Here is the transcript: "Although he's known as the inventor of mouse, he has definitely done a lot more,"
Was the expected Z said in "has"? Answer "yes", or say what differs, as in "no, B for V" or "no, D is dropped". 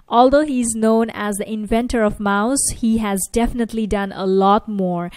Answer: yes